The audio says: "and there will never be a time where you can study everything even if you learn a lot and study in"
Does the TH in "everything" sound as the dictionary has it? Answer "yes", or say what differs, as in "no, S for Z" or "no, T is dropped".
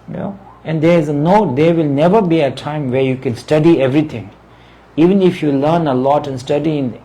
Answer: no, T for TH